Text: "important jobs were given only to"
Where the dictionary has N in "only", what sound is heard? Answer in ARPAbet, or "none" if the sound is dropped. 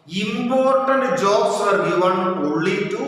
none